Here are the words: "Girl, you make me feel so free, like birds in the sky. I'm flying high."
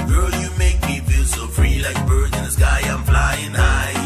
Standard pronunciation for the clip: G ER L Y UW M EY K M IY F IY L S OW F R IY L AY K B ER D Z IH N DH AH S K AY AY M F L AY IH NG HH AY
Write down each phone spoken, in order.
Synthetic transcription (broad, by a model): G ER L Y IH M EY K M IY F IY L S OW F R IY L AY K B ER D IH N DH AH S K AY AY M F L AY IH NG AY